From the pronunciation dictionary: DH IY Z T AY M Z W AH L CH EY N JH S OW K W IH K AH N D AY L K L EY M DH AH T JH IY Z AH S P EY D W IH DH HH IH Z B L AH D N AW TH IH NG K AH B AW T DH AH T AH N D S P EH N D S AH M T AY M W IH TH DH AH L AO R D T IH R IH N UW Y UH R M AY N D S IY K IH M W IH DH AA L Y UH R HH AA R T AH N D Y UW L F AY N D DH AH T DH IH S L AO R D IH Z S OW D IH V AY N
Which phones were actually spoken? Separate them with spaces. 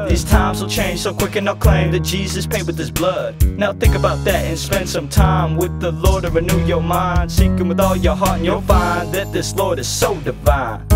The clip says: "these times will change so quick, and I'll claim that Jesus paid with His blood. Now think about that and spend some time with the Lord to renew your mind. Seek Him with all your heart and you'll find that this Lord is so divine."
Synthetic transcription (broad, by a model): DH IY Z T AY M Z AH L CH EY N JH S OW K W IH K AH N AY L K L EY M DH AH T JH IY Z AH S P EY D W IH DH IH S B L AH D N AW TH IH NG K AH B AW T DH AH T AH N S P EH N D S AH M T AY M W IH DH AH L AO R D T IH R IH N UW Y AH R M AY N D S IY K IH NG W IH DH AA L Y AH R HH AA R T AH N Y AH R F AY N DH AH T DH IH S L AO R D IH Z S OW D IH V AY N